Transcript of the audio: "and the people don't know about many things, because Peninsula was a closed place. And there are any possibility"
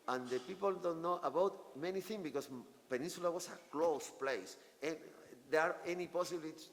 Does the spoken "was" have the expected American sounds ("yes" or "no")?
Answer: no